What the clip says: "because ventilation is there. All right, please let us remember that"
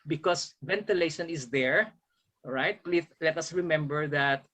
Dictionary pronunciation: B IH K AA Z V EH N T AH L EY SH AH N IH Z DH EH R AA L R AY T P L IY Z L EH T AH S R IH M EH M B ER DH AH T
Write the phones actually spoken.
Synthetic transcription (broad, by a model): B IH K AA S V EH N T AH L EY SH AH N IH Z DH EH R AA R AY T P L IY S L EH T AH S R IH M EH M B ER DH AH T